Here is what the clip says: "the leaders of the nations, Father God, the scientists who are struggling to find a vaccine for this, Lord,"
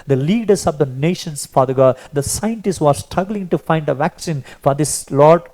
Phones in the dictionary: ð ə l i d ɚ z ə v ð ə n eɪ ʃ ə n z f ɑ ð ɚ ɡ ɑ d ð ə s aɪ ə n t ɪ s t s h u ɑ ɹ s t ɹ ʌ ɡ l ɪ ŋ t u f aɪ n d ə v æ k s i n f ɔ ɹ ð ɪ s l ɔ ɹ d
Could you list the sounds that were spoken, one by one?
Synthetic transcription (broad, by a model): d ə l i d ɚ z ə v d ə n eɪ ʃ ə n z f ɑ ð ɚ ɡ ɑ d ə s aɪ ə n t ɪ s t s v ɑ ɹ s t ɹ ʌ ɡ l ɪ ŋ t u f aɪ n d ə v æ k s i n f ɔ ɹ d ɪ s l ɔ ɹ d